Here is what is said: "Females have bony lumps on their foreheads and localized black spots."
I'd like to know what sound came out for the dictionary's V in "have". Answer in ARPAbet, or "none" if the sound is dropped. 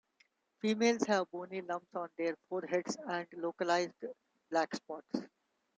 V